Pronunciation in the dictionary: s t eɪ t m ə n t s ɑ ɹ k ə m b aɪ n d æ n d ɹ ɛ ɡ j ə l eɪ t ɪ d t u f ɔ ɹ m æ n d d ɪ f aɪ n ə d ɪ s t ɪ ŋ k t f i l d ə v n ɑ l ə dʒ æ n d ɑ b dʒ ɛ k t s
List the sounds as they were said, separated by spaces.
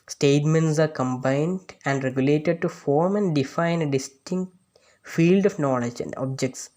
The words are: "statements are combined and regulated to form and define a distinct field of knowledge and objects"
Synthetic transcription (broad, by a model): s t eɪ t m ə n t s ɑ ɹ k ə m b aɪ n d æ n d ɹ ɛ ɡ j ə l eɪ t ɪ d t u f ɔ ɹ m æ n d d ɪ f aɪ n d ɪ s t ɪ ŋ k t f i l d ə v n ɑ l ə dʒ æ n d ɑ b dʒ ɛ k t s